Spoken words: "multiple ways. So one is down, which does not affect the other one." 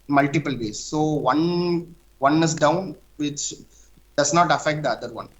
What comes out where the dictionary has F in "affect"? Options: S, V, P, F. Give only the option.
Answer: F